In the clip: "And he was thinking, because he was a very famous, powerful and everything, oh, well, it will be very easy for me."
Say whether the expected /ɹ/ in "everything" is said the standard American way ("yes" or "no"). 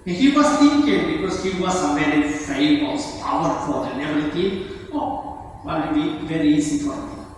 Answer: no